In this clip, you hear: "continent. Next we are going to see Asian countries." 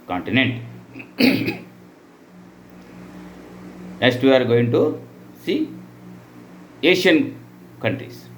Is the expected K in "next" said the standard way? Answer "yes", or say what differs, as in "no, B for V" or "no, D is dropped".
no, K is dropped